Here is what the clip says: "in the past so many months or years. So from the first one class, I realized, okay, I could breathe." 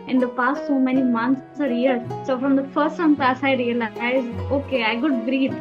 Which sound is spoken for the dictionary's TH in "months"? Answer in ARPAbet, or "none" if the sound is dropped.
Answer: S